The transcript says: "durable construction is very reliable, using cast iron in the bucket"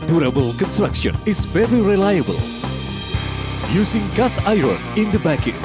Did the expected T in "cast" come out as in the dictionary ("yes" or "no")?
no